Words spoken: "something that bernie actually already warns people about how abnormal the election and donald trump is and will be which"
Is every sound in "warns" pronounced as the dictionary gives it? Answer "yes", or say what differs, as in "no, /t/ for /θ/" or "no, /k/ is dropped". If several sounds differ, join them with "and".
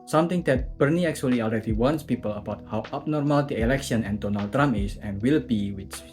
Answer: no, /s/ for /z/